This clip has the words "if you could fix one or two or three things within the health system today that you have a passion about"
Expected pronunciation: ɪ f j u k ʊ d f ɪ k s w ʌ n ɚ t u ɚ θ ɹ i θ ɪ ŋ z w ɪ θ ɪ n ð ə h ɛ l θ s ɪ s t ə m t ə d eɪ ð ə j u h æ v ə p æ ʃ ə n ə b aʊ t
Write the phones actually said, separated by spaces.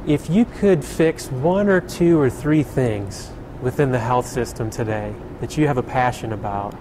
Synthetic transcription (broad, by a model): ɪ f j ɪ k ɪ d f ɪ k s w ʌ n ɚ t u ɚ θ ɹ i θ ɪ ŋ z w ɪ θ ɪ n ð ə h ɛ l θ s ɪ s t ə m t ə d eɪ ð ə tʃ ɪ v ə p æ ʃ ə n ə b aʊ t